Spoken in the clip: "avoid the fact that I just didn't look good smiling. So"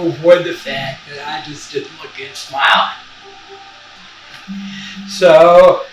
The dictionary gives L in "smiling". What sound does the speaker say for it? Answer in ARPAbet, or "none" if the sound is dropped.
none